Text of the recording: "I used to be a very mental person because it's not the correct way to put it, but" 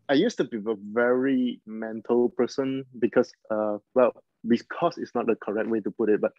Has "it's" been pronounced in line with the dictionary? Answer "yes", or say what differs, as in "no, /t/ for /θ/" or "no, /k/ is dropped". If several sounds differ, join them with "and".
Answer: no, /s/ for /t/